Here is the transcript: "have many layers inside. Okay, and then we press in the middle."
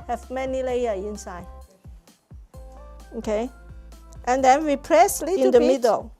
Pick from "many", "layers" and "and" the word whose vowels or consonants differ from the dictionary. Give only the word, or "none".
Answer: layers